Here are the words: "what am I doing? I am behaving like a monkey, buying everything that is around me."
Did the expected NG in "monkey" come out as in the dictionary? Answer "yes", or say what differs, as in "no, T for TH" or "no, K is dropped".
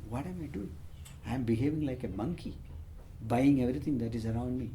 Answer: yes